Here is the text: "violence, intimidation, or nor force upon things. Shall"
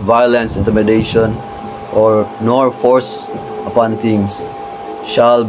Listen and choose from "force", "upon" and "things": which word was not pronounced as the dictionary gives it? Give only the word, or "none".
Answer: things